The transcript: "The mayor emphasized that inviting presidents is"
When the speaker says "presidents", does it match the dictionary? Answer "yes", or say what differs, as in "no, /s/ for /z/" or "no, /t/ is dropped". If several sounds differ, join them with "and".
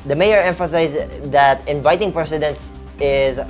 no, /s/ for /z/